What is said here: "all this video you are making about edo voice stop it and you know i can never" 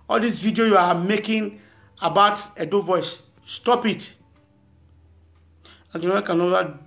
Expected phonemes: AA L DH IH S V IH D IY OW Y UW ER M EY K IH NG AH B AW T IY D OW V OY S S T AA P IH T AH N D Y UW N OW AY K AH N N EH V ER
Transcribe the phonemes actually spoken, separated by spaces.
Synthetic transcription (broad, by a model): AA L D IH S V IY D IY OW Y UW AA M EY K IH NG AH B AW T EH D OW V OY S S T AA P IH T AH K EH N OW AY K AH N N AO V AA